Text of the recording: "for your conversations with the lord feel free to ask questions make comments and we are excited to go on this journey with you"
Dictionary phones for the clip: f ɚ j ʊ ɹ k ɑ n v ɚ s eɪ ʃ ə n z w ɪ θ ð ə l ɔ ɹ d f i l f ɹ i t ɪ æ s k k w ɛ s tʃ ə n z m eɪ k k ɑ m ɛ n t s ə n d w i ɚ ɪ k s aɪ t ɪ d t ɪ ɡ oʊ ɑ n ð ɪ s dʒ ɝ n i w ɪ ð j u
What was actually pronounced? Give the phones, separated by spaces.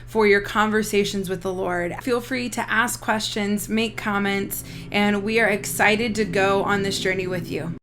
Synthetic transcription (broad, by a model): f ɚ j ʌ ɹ k ɑ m v ɚ s eɪ ʃ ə n z w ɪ ð ə l ɔ ɹ d f i l f ɹ i t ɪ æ s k k w ɛ s tʃ ə n z m eɪ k k ɑ m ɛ n t s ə n w i ɚ ɪ k s aɪ t ɪ d t ɪ ɡ oʊ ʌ n ð ɪ s dʒ ɝ n i w ɪ ð j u